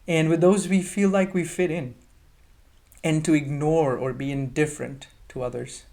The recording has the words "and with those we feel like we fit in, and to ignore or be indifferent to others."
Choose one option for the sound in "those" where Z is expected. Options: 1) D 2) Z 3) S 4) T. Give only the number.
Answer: 2